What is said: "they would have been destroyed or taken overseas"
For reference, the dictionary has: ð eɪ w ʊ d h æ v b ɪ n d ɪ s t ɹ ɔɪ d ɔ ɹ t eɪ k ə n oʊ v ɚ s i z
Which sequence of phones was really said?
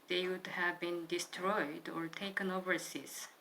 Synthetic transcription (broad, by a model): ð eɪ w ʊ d h æ v b ɪ n d ɪ s t ɹ ɔɪ d ɔ ɹ t eɪ k ə n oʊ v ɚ s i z